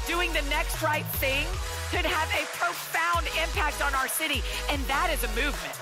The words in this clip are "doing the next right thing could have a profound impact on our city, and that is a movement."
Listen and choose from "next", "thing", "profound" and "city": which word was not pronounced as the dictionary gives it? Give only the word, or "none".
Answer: none